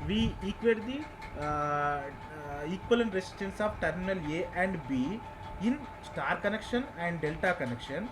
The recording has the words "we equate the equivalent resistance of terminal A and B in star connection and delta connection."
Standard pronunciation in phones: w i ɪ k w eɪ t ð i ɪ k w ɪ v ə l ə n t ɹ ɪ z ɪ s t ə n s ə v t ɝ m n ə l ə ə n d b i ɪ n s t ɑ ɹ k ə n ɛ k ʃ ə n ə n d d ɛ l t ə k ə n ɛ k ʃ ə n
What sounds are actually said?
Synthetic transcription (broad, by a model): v i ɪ k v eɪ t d i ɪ k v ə l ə n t ɹ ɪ s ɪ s t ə n s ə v t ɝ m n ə l ə ə n d b i ɪ n s t ɑ ɹ k ə n ɛ k ʃ ə n ə n d d ɛ l t ə k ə n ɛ k ʃ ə n